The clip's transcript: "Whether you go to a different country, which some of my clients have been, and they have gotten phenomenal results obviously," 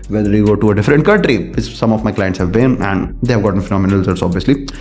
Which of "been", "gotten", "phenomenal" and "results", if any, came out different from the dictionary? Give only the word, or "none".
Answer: results